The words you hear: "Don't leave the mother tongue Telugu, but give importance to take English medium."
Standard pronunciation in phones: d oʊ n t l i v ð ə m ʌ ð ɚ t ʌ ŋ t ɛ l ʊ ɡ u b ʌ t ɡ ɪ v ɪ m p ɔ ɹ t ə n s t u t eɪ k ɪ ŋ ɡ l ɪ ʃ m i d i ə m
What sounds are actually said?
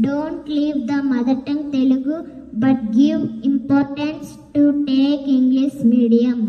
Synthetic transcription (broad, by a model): d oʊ n t l i v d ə m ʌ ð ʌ t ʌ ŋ t ɛ l ʊ ɡ u b ʌ t ɡ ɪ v ɪ m p ɔ ɹ t ə n s t u t eɪ k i ŋ ɡ l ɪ s m i d i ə m